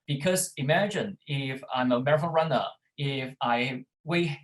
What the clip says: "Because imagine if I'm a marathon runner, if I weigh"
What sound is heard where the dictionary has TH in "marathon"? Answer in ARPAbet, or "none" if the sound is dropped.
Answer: F